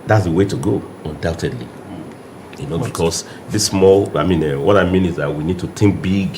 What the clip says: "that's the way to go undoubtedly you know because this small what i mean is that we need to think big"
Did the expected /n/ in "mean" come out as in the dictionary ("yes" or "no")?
yes